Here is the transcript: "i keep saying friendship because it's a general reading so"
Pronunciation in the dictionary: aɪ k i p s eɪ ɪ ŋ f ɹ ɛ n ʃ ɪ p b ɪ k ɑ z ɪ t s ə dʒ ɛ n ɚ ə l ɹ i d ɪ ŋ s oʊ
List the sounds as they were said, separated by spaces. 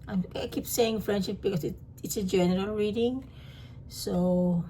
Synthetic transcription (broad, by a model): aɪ k i p s eɪ ɪ ŋ f ɹ ɛ n ʃ ɪ p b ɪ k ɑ s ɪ t s ə dʒ ɛ n ɚ ə l ɹ i d ɪ ŋ s oʊ